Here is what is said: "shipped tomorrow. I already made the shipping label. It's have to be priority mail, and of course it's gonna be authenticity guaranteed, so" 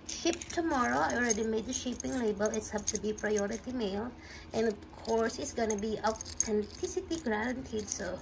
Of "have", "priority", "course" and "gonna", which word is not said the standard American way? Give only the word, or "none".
have